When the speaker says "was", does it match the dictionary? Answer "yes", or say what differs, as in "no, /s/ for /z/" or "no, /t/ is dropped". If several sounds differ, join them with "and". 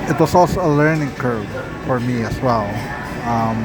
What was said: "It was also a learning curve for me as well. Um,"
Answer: no, /s/ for /z/